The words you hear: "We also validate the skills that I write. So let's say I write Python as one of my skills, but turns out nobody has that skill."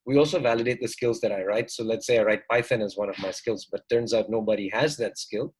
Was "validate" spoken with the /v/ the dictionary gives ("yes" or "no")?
yes